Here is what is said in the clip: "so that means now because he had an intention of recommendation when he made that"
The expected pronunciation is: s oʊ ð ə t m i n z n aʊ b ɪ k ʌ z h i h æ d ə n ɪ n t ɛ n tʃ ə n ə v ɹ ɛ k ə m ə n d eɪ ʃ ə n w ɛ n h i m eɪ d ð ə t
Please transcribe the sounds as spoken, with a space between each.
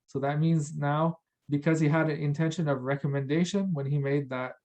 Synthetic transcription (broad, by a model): s oʊ ð ə t m i n z n aʊ b ɪ k ʌ z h i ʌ d ə n ɪ n t ɛ n ʃ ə n ə v ɹ ɛ k ə m ə n d eɪ ʃ ə n w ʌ n i m eɪ d ð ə t